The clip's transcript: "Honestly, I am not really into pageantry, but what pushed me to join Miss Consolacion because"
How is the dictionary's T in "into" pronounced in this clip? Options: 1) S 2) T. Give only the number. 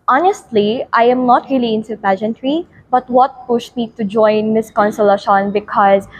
1